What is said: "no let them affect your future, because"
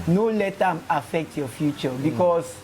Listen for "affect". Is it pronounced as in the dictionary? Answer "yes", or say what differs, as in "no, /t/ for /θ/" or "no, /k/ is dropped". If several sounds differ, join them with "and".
yes